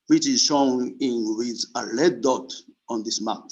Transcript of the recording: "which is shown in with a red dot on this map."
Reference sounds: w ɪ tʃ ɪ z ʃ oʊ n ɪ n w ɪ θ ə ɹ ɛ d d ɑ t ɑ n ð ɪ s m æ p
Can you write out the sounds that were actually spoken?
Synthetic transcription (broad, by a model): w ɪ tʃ ɪ z s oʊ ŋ ɪ n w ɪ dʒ ə l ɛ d d ɑ t ɑ n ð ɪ s m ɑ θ